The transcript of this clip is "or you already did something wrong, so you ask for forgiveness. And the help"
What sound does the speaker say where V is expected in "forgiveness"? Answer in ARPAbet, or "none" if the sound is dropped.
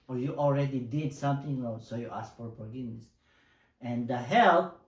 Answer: none